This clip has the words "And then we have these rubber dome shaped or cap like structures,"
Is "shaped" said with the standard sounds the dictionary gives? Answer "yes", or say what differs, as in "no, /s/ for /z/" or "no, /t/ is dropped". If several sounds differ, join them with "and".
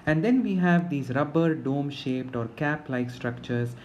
yes